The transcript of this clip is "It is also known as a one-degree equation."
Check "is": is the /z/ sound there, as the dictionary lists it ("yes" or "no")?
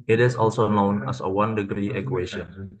no